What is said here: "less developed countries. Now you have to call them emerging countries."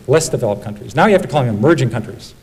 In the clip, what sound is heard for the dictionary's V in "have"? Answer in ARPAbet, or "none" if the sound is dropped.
F